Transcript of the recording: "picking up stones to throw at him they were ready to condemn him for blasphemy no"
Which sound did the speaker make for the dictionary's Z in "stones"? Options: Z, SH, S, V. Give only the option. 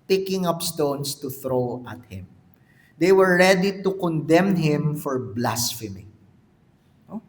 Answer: S